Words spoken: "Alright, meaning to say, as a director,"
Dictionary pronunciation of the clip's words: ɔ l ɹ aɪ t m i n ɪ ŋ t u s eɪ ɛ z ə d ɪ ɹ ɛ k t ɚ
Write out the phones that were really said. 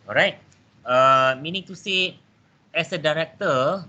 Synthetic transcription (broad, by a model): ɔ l ɹ aɪ t m i n ɪ ŋ t u s eɪ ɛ s ə d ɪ ɹ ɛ k t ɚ